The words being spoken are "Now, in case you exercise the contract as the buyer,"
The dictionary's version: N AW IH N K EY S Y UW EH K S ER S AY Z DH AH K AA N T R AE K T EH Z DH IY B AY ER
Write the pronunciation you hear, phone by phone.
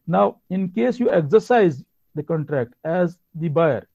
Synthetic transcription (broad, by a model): N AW IH N K EY S Y UW EH K S ER S AY Z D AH K AA N T R AE K T EH Z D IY B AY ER